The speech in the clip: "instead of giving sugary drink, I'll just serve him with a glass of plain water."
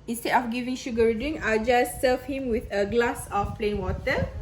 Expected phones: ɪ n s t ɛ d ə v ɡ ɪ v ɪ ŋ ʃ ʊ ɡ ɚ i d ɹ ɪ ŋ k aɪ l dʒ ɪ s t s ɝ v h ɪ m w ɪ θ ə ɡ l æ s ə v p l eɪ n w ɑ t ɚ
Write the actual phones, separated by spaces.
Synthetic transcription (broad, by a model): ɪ n s t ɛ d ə f ɡ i v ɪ ŋ ʃ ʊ ɡ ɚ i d ɪ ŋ aɪ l dʒ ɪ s s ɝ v h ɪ m w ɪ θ ə ɡ l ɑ s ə f p l eɪ n w ɑ t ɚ